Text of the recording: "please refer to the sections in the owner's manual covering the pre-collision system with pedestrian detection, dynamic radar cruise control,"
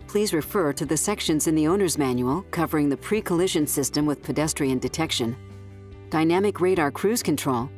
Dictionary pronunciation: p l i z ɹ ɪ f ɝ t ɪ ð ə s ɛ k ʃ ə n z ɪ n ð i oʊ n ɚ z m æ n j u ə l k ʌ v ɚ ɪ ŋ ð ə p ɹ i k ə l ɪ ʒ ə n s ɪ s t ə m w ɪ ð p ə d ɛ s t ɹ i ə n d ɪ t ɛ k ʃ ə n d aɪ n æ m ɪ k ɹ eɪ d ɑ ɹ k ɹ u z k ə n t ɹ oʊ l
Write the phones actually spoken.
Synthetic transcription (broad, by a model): p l i z ɹ ɪ f ɝ t ɪ ð ə s ɛ k ʃ ə n z ɪ n ð i oʊ n ɚ z m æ n j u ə l k ʌ v ɚ ɪ ŋ ð ə p ɹ i k ə l ɪ ʒ ə n s ɪ s t ə m w ɪ ð p ə d ɛ s t ɹ i ə n d ɪ t ɛ k ʃ ə n d aɪ n æ m ɪ k ɹ eɪ d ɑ ɹ k ɹ u z k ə n t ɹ oʊ l